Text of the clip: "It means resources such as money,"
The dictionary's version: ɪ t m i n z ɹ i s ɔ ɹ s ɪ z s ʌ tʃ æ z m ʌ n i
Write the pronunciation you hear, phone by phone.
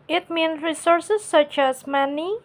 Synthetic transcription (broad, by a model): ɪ t m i n ɹ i s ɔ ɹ s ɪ s ʌ tʃ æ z m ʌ n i